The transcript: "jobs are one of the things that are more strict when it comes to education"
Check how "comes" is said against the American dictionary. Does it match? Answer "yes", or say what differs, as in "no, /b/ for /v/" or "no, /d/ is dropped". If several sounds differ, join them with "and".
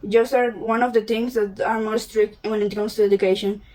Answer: no, /s/ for /z/